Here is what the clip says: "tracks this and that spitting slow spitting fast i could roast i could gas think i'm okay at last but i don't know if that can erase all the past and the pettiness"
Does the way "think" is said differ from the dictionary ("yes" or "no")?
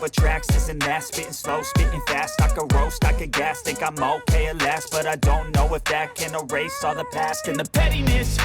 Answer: yes